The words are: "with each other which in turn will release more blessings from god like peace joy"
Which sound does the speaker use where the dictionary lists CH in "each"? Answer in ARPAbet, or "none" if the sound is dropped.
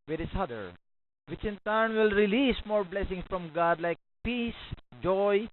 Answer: S